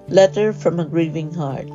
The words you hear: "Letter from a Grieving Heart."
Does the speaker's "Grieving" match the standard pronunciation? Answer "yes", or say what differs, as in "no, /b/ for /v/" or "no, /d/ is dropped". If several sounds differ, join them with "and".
yes